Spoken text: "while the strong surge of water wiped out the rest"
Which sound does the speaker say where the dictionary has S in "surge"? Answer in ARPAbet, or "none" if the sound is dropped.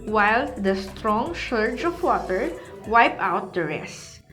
SH